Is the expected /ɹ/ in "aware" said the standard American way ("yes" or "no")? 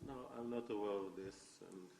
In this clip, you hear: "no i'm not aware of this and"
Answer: no